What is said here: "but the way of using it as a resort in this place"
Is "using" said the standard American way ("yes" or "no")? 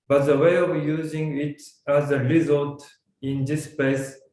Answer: yes